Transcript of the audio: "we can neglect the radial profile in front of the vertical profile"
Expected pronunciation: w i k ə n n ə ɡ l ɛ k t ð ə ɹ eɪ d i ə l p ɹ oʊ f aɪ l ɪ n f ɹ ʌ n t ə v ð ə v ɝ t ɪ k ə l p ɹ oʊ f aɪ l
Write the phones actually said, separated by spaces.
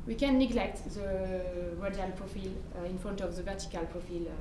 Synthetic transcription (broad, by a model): w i k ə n n ə ɡ l ɛ k t ð ə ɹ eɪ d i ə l p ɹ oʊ f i l ɪ n f ɹ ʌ n t ə v ð ə v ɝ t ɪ k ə l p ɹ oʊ f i l